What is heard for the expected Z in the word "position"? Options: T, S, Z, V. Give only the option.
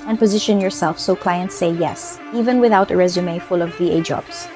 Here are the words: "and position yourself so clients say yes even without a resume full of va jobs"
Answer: Z